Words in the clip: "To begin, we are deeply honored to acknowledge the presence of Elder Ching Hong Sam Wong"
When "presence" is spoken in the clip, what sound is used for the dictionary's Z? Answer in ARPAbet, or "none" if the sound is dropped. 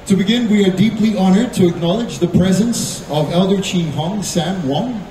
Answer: Z